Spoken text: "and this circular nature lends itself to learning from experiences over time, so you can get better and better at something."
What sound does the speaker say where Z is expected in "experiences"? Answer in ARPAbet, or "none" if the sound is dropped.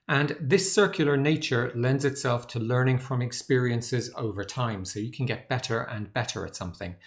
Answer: Z